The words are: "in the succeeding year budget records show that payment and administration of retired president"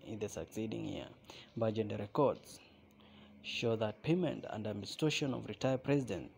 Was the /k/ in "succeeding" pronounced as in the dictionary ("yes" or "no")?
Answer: yes